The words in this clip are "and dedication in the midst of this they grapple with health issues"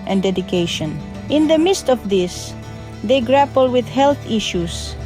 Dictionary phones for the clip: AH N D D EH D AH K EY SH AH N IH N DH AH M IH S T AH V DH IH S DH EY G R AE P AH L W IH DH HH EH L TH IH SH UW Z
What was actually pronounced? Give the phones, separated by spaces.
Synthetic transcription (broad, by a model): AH N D D EH D AH K EY SH AH N IH N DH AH M IH S T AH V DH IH S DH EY G R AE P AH L W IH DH HH EH L TH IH SH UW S